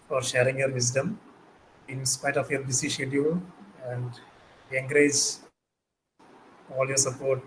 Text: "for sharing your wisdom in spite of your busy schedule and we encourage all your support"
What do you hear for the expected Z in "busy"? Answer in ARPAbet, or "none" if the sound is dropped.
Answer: S